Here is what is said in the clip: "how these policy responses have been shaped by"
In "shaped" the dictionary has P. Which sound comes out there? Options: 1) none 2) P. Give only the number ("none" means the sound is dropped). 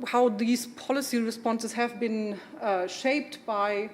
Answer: 2